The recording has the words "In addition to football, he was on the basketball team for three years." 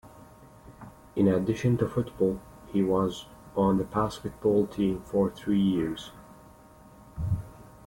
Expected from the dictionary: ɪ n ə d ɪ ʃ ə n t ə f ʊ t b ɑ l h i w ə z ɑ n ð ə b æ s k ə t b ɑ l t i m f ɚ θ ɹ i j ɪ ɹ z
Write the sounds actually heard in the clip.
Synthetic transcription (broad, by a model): ɪ n ə d ɪ ʃ ə n t ə f ʊ t b ɑ l h i w ə z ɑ n ð ə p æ s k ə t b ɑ l t i m f ɚ θ ɹ i j ɪ ɹ z